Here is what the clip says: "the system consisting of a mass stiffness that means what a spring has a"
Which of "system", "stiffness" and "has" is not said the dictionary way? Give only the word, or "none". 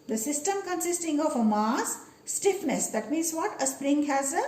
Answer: none